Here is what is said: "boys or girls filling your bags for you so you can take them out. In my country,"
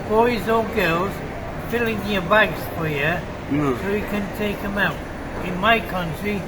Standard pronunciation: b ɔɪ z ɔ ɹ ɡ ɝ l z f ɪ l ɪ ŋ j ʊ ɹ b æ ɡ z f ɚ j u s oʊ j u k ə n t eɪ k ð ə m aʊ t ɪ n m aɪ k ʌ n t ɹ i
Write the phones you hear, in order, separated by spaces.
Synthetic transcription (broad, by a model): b ɔɪ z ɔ l ɡ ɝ l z f ɪ l ɪ ŋ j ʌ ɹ b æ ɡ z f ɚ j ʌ s oʊ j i k ə n t eɪ k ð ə m aʊ t ɪ n m aɪ k ʌ n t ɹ i